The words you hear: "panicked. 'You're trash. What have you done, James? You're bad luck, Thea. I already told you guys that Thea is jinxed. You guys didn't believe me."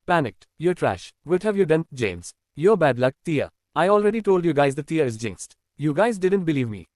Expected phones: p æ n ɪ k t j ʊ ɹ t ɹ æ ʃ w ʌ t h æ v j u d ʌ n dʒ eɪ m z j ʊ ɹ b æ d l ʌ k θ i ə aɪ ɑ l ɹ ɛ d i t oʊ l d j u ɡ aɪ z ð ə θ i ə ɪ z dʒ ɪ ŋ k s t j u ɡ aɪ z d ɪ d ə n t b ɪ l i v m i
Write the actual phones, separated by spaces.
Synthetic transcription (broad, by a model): p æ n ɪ k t j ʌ t ɹ æ ʃ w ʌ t h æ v j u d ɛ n dʒ eɪ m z j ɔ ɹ b æ d l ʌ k t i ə aɪ ɑ l ɹ ɛ d i t oʊ l d j u ɡ aɪ z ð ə t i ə ɪ z dʒ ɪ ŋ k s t j u ɡ aɪ z d ɪ d ə n t b ɪ l i v m i